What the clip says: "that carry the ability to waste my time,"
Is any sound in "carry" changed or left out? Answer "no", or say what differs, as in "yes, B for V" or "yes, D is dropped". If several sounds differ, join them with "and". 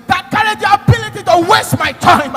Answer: yes, R is dropped